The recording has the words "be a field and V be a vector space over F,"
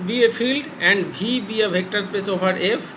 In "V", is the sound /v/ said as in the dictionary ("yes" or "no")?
no